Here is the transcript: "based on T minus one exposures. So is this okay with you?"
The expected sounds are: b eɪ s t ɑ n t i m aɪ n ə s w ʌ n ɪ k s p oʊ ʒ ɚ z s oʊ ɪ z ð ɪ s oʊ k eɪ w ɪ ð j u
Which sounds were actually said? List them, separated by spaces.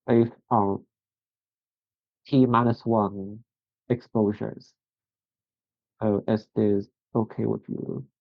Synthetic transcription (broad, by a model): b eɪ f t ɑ t i m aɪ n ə s w ʌ n ɪ k s p oʊ ʒ ɚ z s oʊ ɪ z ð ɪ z oʊ k eɪ w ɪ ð j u